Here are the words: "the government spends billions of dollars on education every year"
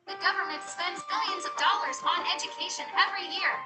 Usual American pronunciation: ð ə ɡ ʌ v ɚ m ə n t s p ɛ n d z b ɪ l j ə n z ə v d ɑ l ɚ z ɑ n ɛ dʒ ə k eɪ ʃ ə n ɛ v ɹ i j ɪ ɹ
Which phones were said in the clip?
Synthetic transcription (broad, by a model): ð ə ɡ ʌ v ɚ m ə n t s p ɛ n d z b ɪ l j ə n z ə v d ɑ l ɚ z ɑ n ɛ dʒ ə k eɪ ʃ ə n ɛ v ɹ i j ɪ ɹ